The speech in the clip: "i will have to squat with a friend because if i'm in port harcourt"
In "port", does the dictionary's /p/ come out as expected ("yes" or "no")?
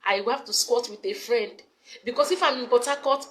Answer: no